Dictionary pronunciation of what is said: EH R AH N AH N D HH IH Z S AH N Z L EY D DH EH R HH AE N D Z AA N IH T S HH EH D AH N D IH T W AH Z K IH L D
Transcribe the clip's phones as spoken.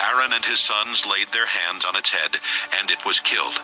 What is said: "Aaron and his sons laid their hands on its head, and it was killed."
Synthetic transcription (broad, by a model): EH R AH N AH N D IH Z S AH N Z L EY D DH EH R HH AE N D Z N IH T S HH EH D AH N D IH T W AH Z K IH L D